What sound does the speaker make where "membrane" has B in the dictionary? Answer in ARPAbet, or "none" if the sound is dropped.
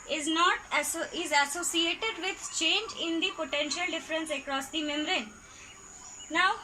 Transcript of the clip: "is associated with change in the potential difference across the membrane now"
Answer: none